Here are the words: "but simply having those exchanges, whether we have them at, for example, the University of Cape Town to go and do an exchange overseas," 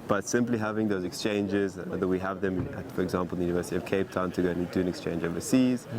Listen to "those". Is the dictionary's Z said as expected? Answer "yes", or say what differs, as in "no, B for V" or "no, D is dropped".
yes